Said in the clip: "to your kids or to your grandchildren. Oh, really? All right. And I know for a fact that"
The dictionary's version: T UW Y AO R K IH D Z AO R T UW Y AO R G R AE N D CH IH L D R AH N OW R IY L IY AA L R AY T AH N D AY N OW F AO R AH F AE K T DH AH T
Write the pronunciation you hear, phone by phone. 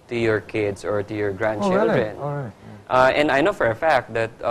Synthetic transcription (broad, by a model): T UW Y AO R K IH D S AO R T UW Y AO R G R AE N D CH IH L D R AH N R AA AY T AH N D AY N OW F AO R AH F AE K T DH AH T